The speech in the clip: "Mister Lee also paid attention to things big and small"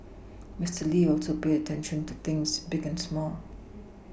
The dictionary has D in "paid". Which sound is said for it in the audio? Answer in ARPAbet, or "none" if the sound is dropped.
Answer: none